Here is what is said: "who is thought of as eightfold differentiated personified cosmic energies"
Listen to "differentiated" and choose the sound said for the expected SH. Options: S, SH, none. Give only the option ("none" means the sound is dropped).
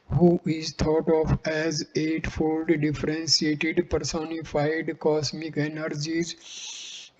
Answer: S